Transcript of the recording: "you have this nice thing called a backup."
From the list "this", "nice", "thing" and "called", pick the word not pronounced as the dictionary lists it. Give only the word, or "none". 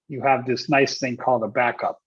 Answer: none